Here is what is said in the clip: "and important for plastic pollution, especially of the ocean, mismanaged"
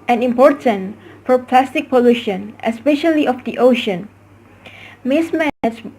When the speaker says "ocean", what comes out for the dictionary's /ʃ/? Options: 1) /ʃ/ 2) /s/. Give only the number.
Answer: 1